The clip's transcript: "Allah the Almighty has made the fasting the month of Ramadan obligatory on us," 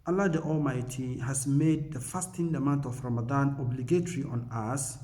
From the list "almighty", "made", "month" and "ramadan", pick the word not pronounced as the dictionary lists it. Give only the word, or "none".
month